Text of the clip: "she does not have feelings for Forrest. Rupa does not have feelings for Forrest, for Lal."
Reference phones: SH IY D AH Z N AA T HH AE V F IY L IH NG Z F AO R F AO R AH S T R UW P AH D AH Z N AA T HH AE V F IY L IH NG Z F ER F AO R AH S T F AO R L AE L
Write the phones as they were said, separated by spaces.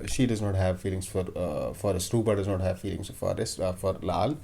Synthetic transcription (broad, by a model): SH IY D AH Z N AA T HH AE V F IY L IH NG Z F AO R F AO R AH S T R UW B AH D AH Z N AA T HH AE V F IY L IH NG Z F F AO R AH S F AO R L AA L